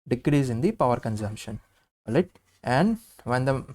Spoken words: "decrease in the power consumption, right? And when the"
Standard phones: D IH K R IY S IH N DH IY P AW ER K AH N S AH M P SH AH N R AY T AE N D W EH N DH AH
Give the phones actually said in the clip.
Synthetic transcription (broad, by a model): D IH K R IY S IH N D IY P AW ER K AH N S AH M P SH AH N L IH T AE N D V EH N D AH